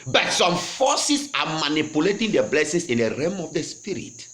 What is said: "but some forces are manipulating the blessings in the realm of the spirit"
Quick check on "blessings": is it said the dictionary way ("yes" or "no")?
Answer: no